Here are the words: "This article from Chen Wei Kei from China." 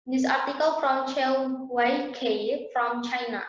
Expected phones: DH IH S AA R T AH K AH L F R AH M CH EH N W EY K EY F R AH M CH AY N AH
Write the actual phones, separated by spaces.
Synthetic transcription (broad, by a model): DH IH S AA R T AH K AH L F R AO M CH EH L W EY K EY F R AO M CH AY N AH